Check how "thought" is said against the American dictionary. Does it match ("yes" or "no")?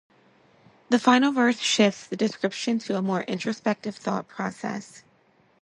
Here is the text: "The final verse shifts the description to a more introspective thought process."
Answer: yes